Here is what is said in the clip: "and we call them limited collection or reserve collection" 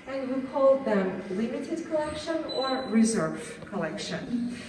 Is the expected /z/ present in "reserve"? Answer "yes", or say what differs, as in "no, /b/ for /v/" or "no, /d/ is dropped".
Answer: yes